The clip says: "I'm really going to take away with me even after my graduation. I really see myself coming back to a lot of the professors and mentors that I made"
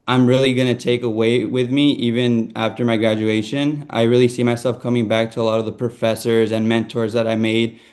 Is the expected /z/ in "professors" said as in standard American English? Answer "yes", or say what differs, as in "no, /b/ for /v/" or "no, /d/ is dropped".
yes